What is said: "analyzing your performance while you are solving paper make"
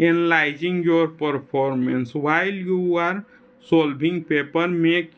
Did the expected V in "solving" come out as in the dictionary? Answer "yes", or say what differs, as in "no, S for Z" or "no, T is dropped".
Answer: no, B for V